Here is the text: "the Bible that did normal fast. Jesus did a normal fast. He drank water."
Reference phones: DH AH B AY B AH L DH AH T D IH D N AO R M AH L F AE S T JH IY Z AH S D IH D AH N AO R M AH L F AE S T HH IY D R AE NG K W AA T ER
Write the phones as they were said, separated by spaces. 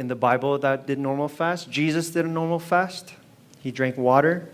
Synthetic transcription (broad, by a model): DH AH B AY B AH L DH AH T D IH D N AO R M L F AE S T JH IY Z AH S D IH D AH N AO R M L F AE S T HH IY D R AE NG K W AA T ER